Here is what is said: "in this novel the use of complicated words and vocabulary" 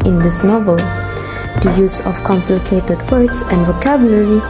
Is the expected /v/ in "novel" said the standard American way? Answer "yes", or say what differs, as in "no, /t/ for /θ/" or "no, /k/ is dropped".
yes